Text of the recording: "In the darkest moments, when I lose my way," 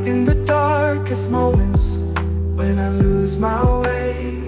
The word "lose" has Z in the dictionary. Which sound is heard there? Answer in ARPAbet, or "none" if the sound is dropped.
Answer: Z